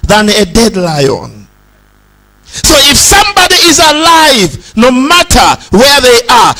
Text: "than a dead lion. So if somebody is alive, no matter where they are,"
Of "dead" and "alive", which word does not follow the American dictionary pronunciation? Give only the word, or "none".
none